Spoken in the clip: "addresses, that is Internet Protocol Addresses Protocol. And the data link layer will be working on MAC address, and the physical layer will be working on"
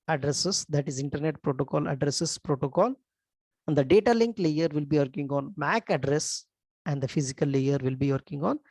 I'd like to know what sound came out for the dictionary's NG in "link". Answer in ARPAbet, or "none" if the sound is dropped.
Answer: NG